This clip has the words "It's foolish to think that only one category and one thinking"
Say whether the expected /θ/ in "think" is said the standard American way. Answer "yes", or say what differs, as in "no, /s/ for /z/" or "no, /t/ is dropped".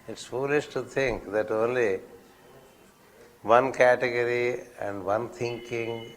no, /t/ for /θ/